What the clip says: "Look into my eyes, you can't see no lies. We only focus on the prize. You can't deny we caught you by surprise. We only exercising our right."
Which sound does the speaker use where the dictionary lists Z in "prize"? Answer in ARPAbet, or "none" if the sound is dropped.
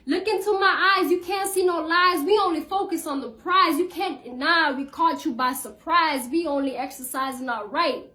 Z